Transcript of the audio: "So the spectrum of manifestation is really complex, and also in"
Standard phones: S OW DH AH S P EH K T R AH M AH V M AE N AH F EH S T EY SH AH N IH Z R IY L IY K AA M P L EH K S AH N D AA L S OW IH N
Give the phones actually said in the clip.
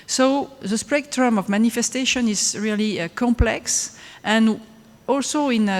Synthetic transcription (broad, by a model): S OW DH AH S P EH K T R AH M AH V M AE N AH F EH S T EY SH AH N IH Z R IY L IY K AA M P L EH K S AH N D AA L S OW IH N